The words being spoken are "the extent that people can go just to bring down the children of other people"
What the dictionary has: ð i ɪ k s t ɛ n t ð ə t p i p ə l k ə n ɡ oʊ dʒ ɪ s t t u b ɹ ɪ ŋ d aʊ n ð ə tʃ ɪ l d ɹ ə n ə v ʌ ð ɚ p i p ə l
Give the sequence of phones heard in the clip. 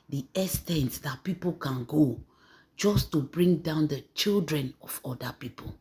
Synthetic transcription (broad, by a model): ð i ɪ s t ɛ n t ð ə t p i p ə l k ə n ɡ oʊ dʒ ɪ s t t u b ɹ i ŋ d aʊ n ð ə tʃ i l d ɹ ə n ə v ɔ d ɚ p i p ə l